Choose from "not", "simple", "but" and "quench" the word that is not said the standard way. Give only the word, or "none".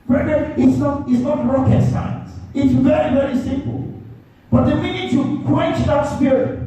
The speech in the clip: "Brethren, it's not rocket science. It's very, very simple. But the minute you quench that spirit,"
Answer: none